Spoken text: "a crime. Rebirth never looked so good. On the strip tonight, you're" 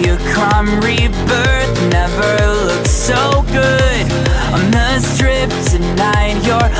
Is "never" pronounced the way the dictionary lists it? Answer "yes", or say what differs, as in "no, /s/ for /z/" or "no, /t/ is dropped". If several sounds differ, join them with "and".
yes